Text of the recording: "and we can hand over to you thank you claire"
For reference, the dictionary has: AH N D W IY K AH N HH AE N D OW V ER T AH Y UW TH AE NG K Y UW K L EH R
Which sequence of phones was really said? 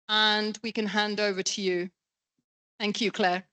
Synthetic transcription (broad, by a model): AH N W IY K AH N HH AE N D OW V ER T AH Y UW TH AE NG K Y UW K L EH